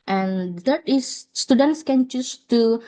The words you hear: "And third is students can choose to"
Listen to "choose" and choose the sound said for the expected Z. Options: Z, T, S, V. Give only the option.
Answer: S